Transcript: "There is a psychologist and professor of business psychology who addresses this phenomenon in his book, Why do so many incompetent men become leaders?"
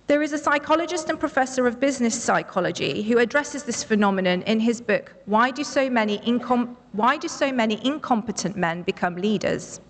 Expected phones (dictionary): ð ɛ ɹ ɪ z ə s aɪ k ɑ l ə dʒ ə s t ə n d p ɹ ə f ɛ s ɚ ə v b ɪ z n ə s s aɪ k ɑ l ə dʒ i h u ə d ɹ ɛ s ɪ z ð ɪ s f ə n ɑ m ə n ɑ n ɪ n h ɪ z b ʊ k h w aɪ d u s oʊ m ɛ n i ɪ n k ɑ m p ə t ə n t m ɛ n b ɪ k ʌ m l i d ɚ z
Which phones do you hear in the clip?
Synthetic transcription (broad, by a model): ð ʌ ɹ ɪ z ə s aɪ k ɑ l ə dʒ ə s t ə n p ɹ ə f ɛ s ɚ ə v b ɪ z n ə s s aɪ k ɑ l ə dʒ i h u ə d ɹ ɛ s ɪ z ð ɪ s f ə n ɑ m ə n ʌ n ɪ n ɪ z b ʊ k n w aɪ d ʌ s oʊ m ɛ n i ɪ n k ɑ m p ə t ə n t m ɛ n b ɪ k ʌ m l i d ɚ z